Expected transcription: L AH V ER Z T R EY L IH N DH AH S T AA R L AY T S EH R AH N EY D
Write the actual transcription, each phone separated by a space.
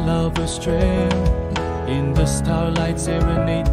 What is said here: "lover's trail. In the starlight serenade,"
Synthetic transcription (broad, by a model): L AH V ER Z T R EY N IH N DH AH S T AA R L AY T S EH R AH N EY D